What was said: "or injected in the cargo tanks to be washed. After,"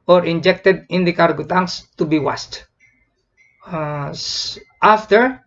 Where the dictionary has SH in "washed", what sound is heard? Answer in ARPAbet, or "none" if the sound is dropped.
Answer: S